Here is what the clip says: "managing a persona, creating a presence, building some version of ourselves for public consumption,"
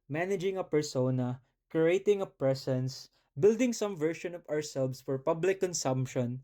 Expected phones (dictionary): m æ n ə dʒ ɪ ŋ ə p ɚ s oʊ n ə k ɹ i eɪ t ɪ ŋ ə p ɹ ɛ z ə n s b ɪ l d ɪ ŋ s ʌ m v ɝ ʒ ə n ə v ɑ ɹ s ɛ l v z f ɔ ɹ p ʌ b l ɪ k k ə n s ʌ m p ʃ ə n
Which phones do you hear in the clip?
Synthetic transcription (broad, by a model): m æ n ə dʒ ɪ ŋ ə p ɚ s oʊ n ə k ɹ i eɪ t ɪ ŋ ə p ɹ ɛ s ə n s b ɪ l d ɪ ŋ s ʌ m v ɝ ʃ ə n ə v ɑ ɹ s ɛ l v s f ɔ ɹ p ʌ b l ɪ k k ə n s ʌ m p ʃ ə n